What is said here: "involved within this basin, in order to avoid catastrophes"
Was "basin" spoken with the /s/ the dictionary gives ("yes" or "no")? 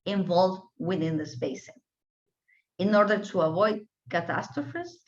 no